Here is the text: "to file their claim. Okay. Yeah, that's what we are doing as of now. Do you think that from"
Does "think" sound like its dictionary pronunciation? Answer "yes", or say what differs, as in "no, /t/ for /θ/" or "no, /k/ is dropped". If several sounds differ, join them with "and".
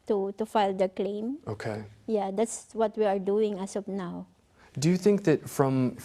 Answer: yes